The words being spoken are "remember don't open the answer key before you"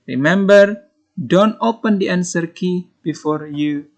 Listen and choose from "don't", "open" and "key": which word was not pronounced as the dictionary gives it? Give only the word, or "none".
none